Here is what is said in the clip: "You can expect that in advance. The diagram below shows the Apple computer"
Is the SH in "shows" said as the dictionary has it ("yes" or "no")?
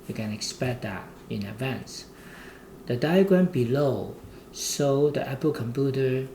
no